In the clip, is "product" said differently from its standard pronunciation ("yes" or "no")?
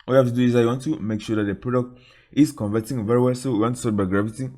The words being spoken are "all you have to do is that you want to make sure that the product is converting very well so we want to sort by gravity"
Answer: no